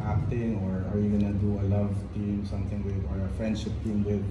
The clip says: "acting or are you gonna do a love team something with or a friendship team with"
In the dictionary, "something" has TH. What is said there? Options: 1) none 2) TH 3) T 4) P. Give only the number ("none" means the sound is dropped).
3